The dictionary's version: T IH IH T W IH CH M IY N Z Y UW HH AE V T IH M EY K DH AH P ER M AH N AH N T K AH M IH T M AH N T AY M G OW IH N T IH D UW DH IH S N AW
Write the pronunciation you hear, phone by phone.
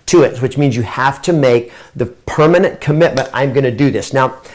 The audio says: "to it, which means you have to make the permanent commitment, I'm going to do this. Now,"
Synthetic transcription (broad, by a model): T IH IH T W IH CH M IY N Z Y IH HH AE F T IH M EY K DH AH P ER M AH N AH N K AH M IH T M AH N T AY M G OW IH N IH D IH DH IH S N AW